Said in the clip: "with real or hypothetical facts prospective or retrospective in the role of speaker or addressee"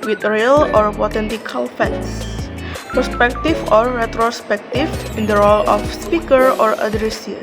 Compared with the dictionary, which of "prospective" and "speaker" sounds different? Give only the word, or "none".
prospective